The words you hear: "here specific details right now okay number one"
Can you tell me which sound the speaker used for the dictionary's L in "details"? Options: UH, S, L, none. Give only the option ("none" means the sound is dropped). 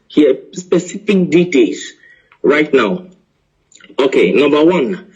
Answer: none